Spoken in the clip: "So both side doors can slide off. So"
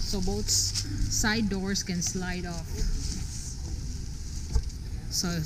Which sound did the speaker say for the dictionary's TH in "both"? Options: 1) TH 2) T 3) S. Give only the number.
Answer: 3